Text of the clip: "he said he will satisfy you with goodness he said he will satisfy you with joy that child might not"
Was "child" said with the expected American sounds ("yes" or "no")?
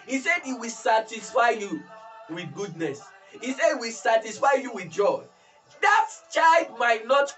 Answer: no